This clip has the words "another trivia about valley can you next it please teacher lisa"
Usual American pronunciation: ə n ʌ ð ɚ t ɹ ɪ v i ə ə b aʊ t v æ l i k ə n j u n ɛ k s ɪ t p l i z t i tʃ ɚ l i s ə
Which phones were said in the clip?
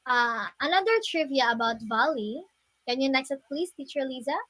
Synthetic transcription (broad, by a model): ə n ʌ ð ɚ t ɹ ɪ v i ə ə b aʊ t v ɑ l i k ə n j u n ɛ k s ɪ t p l i s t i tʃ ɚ l i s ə